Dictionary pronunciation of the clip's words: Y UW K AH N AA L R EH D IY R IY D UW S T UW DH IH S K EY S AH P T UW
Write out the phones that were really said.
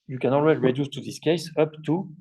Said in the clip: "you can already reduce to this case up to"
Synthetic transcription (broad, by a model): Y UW K AH N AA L W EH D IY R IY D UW S T UW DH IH S K EY S AH P T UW